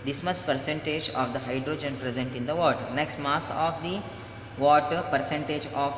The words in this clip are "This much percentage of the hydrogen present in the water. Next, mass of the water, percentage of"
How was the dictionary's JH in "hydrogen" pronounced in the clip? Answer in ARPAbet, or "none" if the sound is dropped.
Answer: JH